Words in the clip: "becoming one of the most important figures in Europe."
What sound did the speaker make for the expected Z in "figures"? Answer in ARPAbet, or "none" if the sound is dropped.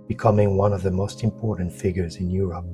Z